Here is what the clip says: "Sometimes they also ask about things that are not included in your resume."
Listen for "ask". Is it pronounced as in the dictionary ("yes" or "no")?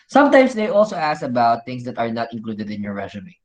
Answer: no